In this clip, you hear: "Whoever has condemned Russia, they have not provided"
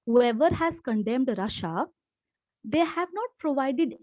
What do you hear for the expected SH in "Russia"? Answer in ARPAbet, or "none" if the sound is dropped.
SH